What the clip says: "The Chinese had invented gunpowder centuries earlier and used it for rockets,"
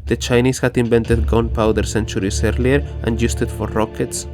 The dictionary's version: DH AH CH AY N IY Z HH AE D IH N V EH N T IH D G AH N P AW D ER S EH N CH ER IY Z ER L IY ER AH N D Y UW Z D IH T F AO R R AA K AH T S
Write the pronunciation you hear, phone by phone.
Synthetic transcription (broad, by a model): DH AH CH AY N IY S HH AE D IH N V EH N T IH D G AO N P AW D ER S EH N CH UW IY S ER L IY ER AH N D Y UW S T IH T F AO R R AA K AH T S